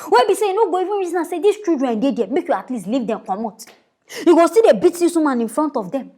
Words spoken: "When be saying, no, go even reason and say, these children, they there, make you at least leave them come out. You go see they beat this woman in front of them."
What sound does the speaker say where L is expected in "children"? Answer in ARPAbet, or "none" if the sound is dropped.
none